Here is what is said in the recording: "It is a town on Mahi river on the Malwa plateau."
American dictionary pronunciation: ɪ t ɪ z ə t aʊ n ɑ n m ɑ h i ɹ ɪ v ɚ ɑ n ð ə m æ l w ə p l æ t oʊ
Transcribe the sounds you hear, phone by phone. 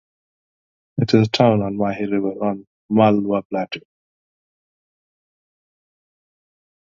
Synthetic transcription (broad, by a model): ɪ t ɪ z ə t aʊ n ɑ n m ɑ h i ɹ ɪ v ɚ ɑ n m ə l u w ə b l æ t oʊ